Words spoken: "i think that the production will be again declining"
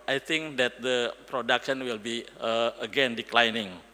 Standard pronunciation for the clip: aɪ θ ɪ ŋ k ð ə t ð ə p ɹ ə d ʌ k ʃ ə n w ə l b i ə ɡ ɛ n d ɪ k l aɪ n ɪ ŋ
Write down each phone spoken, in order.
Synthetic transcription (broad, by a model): aɪ t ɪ ŋ k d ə t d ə p ɹ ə d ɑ k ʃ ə n w ə l b i ə ɡ ɛ n d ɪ k l aɪ n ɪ ŋ